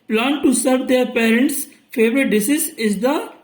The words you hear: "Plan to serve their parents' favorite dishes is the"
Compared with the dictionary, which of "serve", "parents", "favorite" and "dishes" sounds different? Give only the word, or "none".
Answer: dishes